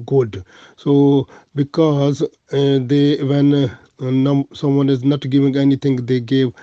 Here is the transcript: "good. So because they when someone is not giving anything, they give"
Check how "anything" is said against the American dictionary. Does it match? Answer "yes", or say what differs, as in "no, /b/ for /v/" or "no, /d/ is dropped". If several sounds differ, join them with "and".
no, /t/ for /θ/